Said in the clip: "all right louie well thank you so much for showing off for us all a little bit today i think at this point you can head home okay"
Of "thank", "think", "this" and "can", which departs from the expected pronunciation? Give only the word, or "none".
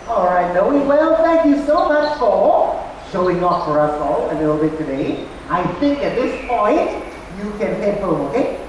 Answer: thank